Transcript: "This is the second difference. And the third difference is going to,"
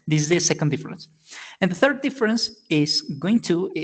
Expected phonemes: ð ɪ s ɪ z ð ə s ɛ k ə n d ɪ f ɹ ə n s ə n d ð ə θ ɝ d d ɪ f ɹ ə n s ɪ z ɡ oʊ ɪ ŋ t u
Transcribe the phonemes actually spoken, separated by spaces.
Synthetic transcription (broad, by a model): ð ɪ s ɪ z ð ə s ɛ k ə n d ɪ f ɹ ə n s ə n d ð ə θ ɝ d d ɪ f ɹ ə n s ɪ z ɡ oʊ ɪ ŋ t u